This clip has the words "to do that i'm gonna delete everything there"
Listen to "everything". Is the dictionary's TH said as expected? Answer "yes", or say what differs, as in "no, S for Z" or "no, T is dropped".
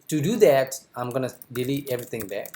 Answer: no, T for TH